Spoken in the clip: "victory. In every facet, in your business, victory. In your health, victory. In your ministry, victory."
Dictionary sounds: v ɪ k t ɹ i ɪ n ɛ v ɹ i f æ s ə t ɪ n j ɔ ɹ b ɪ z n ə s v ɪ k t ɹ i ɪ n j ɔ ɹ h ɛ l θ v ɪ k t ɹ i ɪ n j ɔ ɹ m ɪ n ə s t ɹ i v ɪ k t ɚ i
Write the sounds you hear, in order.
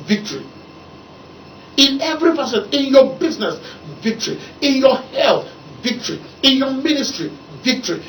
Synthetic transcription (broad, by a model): v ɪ k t ɹ i ɪ n ɛ v ɹ i p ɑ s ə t ɪ n j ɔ b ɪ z n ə s v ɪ k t ɹ i ɪ n j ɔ h ɛ l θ v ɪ k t ɹ i ɪ n j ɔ m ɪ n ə s t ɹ i v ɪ k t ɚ i